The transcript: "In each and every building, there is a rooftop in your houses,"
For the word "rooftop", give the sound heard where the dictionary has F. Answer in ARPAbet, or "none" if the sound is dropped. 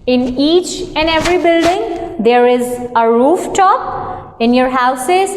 F